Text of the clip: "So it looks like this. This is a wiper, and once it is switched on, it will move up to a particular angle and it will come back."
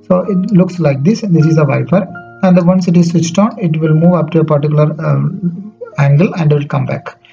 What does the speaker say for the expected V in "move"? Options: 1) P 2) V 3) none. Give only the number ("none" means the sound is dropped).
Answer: 2